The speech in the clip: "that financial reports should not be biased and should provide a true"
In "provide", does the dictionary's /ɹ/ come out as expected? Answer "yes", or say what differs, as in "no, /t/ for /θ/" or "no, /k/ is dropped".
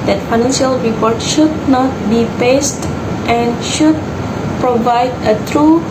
yes